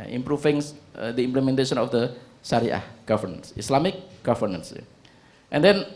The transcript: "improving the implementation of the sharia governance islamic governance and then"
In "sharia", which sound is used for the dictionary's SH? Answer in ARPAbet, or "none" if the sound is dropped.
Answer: S